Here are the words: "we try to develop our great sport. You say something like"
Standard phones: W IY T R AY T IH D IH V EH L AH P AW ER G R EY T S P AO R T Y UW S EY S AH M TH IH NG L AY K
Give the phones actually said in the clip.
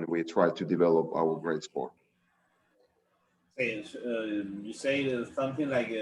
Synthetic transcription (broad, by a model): W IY T R AY T IH D IH V EH L AH P AW ER G R EY T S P AO R T Y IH S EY S AH M TH IH NG L AY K